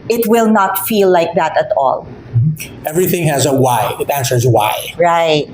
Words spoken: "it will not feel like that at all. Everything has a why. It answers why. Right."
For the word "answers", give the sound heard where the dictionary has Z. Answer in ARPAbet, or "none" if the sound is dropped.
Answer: Z